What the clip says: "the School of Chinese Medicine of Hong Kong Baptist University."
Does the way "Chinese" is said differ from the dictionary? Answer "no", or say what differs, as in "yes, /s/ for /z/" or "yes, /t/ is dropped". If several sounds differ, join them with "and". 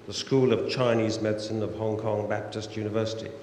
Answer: no